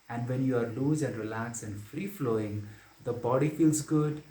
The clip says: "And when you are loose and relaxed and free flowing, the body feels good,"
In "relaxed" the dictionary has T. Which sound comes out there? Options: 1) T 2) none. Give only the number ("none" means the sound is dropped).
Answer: 2